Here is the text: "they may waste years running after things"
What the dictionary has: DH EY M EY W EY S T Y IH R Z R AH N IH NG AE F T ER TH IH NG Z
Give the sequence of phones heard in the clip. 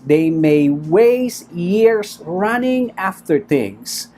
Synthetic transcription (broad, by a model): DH EY M EY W EY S Y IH R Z R AH N IH NG AE F T ER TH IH NG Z